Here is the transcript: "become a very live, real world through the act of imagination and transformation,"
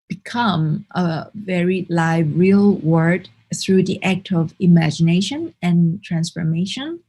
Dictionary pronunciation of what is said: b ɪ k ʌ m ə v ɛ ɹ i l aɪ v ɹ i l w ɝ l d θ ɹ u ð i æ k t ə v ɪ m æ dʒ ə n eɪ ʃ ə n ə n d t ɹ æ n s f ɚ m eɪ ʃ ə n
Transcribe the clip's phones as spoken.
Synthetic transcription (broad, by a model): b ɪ k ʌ m ə v ɛ ɹ i l aɪ v ɹ i l w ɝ d θ ɹ u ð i æ k t ə v ɪ m æ dʒ ə n eɪ ʃ ə n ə n t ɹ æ n s f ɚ m eɪ ʃ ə n